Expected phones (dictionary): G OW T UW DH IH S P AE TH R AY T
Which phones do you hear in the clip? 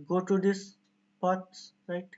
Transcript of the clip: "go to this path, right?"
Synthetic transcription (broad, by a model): G OW T UW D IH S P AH S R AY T